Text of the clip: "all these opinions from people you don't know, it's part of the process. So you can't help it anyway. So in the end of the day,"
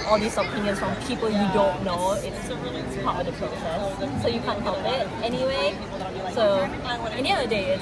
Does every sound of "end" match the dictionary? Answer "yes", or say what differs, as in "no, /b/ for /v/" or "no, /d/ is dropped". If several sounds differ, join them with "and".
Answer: no, /d/ is dropped